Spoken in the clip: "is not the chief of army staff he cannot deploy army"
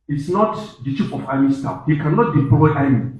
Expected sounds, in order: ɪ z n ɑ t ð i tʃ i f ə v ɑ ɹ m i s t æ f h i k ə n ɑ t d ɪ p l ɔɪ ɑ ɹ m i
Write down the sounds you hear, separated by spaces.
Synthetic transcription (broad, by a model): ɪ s n ɑ t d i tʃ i p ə f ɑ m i s t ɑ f h i k ə n ɑ t d ɪ p l ɔɪ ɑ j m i